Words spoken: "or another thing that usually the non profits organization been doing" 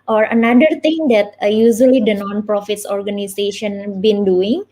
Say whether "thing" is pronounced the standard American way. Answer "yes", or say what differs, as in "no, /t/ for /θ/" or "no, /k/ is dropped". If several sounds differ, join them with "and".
no, /t/ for /θ/